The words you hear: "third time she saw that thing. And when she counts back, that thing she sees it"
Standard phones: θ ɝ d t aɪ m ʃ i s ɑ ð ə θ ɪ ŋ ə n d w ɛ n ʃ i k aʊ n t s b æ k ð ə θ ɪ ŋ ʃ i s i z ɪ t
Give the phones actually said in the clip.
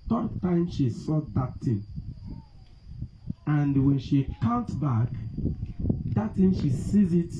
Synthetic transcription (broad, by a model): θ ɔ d t aɪ m ʃ i s ɑ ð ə t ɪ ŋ ə n d w ɛ n ʃ i k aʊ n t b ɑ k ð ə t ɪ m ʃ i s i z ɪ t